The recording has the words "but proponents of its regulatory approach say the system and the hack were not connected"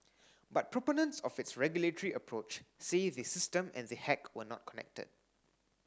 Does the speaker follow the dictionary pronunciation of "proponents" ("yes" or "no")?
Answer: yes